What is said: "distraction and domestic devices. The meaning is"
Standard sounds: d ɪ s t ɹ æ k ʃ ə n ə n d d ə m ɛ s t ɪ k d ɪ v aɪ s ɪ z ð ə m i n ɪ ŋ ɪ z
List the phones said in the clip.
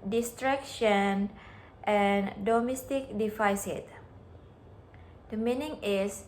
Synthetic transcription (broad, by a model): d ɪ s t ɹ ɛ k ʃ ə n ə n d d ə m ɛ s t ɪ k d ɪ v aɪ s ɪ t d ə m i n ɪ ŋ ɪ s